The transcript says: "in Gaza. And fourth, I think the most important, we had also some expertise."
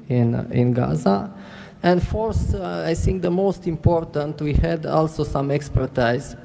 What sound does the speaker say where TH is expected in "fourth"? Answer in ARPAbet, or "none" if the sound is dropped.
S